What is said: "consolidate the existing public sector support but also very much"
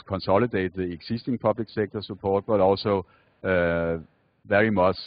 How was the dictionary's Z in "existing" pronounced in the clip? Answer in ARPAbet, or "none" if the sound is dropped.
S